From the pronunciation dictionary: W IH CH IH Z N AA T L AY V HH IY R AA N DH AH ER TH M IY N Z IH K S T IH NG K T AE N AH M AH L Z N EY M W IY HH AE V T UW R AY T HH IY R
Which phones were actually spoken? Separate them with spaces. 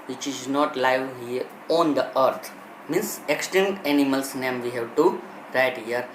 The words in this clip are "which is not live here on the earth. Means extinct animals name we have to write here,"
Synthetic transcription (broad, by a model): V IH CH IH Z N AA T L AY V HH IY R AA N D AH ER T M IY N S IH K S T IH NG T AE N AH M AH L S N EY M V IY HH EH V T UW R AY T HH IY R